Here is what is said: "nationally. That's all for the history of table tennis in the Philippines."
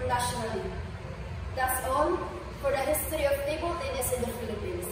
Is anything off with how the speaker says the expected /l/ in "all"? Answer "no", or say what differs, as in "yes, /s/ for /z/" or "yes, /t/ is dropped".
yes, /n/ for /l/